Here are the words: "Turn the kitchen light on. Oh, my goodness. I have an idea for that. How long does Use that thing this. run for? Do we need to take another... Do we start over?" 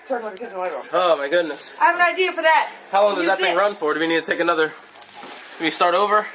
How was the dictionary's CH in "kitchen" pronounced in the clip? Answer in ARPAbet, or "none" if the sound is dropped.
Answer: none